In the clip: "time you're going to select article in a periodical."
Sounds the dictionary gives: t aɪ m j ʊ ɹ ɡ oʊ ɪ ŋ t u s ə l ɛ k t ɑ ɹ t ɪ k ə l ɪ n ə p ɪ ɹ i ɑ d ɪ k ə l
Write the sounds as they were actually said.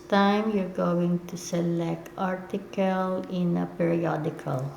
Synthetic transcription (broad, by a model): t aɪ m j ʊ ɹ ɡ oʊ ɪ ŋ t u s ə l ɛ k t ɑ ɹ t ɪ k ə l ɪ n ə p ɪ ɹ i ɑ d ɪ k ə l